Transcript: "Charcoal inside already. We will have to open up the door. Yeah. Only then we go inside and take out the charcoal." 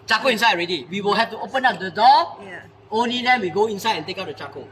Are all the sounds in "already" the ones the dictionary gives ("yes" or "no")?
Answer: yes